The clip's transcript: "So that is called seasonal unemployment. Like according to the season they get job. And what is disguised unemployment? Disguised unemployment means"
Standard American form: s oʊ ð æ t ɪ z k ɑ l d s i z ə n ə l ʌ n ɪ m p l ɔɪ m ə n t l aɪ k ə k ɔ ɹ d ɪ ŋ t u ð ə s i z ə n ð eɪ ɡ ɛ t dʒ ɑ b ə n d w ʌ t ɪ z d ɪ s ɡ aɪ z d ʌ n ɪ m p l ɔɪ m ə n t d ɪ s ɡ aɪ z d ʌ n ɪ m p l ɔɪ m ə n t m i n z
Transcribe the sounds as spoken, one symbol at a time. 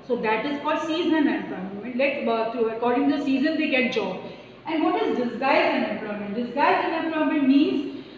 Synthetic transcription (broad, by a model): s oʊ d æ t ɪ z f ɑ d s i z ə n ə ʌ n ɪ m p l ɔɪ m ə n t l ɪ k ə k ɔ ɹ d ɪ ŋ t u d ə s i z ə n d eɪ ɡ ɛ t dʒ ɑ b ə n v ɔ t ɪ z d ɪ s ɡ aɪ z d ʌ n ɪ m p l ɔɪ m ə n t d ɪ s ɡ aɪ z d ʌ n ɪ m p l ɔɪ m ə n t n i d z